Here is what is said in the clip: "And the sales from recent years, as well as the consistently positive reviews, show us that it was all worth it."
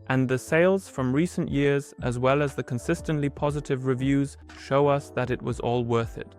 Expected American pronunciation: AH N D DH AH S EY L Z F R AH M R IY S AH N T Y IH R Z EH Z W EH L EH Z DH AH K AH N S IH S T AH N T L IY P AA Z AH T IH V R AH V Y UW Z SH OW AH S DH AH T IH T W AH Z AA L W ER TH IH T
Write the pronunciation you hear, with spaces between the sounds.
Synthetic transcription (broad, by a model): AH N DH AH S EY L Z F R AH M R IY S AH N T Y IH R Z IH Z W EH L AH Z DH AH K AH N S IH S T AH N T L IY P AA Z AH T IH V R AH V Y UW Z SH OW AH S DH AH T IH T W AH Z AA L W ER TH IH T